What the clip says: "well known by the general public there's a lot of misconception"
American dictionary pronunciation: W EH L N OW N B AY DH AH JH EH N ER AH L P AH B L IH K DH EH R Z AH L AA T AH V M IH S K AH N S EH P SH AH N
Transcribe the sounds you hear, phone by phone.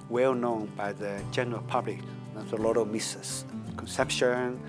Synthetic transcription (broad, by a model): W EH L N OW N B AY DH AH JH EH N ER AH L P AH B L IH K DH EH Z AH L AA T AH V M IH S K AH N S EH P SH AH N